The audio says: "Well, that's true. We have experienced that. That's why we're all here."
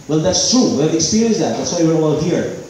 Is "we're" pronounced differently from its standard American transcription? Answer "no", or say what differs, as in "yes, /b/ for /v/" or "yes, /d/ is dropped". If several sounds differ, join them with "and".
yes, /w/ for /ɹ/